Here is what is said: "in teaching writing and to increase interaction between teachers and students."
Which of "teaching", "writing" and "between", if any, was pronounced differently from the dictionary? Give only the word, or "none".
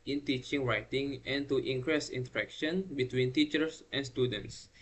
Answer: none